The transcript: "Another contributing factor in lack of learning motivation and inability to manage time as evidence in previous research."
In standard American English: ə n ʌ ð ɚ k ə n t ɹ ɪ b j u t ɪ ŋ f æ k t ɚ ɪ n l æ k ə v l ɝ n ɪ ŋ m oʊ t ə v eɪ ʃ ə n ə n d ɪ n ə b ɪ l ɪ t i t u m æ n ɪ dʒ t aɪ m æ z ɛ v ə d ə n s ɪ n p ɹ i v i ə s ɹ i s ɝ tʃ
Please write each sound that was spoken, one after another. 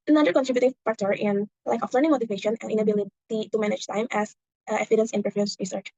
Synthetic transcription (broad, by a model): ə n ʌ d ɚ k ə n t ɹ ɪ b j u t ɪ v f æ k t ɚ ɪ n l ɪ k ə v l ɝ n ɪ ŋ m oʊ t ə v eɪ ʃ ə n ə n ɪ n ə b ɪ l ɪ t i t u m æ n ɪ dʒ t aɪ m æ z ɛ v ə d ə n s ɪ n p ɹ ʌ f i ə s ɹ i s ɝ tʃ